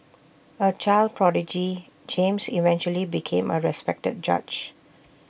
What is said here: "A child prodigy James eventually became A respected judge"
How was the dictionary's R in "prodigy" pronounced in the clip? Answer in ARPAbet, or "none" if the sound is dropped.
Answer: R